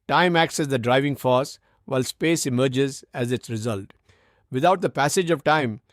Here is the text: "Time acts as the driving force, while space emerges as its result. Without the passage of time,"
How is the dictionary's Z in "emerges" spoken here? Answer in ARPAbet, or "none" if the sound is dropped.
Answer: Z